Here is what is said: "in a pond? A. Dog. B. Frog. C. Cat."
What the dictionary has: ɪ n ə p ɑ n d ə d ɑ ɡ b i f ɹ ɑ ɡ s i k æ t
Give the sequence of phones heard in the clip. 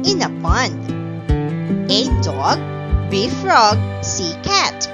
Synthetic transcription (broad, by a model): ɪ n ə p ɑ n ə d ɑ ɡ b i f ɹ ɑ ɡ s i k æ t